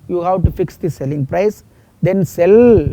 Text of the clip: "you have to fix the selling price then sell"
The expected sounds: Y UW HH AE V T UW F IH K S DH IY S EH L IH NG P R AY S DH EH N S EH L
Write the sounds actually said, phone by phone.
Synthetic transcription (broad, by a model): Y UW HH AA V T UW F IH K S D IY S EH L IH NG P R AY S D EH N S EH L